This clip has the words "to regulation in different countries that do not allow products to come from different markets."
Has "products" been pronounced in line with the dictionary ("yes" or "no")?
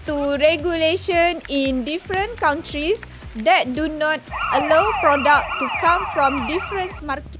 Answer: no